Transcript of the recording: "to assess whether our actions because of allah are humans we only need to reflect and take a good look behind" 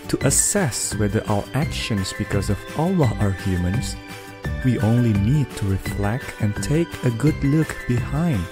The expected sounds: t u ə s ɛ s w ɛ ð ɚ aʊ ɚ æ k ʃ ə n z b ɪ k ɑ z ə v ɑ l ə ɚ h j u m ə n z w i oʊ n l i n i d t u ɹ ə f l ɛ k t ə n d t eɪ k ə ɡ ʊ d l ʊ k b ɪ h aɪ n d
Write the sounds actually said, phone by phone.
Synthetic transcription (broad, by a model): t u ə s ɛ s w ɛ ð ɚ aʊ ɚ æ k ʃ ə n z b ɪ k ɑ z ə v ɑ l ə ɚ h j u m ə n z w i oʊ n l i n i d t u ɹ ə f l ɛ k t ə n t eɪ k ə ɡ ʊ d l ʊ k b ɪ h aɪ n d